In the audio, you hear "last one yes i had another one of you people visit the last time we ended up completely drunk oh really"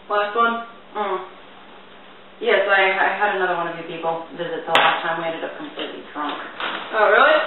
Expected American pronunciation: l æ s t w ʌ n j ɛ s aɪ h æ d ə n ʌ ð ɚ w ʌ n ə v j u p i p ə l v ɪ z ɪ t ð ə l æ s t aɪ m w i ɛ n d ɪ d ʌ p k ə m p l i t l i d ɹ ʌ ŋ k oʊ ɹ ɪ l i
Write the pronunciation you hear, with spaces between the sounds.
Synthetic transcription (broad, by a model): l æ s t w ʌ n j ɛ s aɪ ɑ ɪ d ə n ʌ ð ɚ w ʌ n ə v j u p i p l v ɪ z ɪ t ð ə l æ s t aɪ m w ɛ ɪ d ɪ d ʌ p k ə m p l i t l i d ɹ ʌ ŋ k oʊ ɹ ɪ l i